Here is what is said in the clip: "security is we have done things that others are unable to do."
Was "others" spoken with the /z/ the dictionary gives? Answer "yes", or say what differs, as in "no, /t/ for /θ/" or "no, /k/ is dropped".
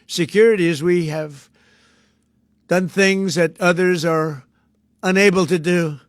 yes